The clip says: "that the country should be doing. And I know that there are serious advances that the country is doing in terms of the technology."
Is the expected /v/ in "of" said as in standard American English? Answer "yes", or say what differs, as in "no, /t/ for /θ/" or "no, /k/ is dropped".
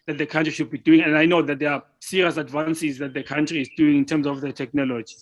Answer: no, /f/ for /v/